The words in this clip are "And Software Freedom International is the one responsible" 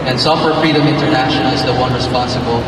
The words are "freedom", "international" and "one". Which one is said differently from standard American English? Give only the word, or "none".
international